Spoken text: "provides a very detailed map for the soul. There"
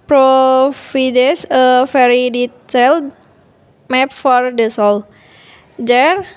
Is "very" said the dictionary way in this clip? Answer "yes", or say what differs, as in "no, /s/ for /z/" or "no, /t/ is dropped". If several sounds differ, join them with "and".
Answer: no, /f/ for /v/